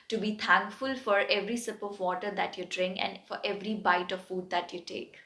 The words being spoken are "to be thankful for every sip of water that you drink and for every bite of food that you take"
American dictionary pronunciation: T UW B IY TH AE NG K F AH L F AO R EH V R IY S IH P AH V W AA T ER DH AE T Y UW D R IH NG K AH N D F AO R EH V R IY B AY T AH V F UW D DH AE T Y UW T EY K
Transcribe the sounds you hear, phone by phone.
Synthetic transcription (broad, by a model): T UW B IY T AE NG K F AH L F AO R EH V R IY S IH P AH V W AA T ER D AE T Y UW D R IH NG K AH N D F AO R EH V R IY B AY T AH V F UW D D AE T Y UW T EY K